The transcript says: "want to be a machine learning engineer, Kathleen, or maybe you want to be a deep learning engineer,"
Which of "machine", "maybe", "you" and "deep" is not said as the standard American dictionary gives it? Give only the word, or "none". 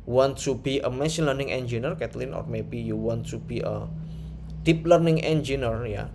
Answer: machine